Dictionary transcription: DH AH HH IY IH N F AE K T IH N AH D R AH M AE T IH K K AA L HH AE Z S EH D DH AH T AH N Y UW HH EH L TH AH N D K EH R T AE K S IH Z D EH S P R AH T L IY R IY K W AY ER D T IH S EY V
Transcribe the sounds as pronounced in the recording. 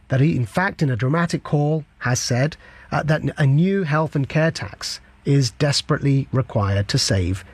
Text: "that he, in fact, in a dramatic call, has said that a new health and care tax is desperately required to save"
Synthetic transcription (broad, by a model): DH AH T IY IH N F AE K T IH N AH D R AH M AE T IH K K AA L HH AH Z S EH D DH AH T AH N Y UW HH EH L TH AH N K EH R T AE K S IH Z D EH S P R AH T L IY R IY K W AY ER D T IH S EY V